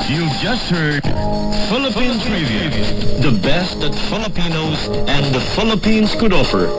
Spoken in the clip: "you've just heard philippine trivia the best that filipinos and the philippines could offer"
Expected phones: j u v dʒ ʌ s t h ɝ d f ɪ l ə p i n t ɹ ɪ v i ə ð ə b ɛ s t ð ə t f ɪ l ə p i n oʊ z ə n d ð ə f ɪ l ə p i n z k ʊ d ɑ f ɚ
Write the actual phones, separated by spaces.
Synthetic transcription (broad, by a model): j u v dʒ ʌ s t h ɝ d f ɪ l ə p i n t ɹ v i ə ð ə b ɛ s t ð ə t f ɪ l ə p i n oʊ z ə n ð ə f ɪ l ə p i n z k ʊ d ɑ f ɚ